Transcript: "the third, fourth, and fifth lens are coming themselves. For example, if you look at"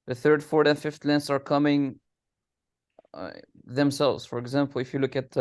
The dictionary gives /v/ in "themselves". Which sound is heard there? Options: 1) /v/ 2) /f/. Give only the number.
1